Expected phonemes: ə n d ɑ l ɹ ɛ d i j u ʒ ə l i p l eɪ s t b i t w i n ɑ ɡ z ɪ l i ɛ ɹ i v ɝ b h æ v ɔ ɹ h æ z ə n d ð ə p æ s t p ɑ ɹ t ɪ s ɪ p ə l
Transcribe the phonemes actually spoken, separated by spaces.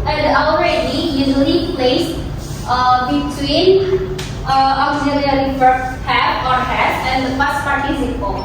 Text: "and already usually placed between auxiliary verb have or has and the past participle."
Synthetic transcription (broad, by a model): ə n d ɑ l ɹ ɛ d i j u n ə n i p l eɪ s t b i t w i n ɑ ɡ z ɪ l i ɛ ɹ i f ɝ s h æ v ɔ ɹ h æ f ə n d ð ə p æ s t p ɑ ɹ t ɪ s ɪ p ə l